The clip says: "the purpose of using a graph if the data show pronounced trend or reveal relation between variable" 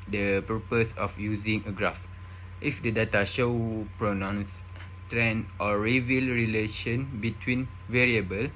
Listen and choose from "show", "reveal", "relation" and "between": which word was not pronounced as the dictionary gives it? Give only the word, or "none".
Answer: none